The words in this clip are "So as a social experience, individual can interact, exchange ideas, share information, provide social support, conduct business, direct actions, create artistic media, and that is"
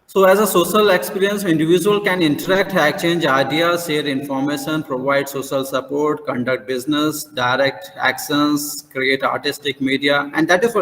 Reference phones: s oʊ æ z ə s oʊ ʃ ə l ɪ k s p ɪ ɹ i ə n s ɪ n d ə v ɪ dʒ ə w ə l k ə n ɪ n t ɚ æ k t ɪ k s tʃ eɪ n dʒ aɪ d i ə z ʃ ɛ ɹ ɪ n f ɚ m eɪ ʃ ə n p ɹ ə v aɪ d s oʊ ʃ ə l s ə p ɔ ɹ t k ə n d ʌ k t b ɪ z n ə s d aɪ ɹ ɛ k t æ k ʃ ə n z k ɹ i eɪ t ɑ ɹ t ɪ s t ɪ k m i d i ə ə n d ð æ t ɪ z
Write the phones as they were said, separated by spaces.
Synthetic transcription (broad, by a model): s oʊ æ z ə s oʊ ʃ ə l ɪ k s p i ɹ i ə n s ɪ n d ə v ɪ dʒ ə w ə l k ə n ɪ n t ɚ æ k t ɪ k tʃ eɪ n dʒ aɪ d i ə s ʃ ɛ ɹ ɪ n f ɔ m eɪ ʃ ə n p ɹ ə v aɪ d s oʊ ʃ ə l s ə p ɔ ɹ t k ə n d ʌ k t b ɪ z n ə s d aɪ ɹ ɛ k t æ k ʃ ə n s k ɹ i eɪ t ɑ ɹ t ɪ s t ɪ k m i d i ə ə n d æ t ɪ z